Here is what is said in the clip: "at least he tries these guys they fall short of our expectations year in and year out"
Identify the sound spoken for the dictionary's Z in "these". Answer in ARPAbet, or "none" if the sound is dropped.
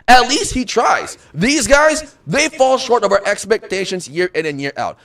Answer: Z